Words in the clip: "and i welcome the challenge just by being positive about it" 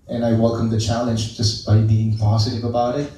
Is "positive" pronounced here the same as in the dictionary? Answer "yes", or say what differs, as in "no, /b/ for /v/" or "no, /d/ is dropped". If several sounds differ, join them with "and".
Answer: yes